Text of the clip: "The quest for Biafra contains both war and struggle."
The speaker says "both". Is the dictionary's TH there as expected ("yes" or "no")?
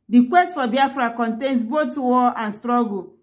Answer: no